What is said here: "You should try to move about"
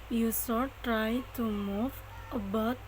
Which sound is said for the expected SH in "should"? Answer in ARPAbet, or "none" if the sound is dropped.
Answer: S